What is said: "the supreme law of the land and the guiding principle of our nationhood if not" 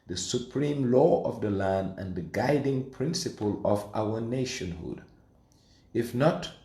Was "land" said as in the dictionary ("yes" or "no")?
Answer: yes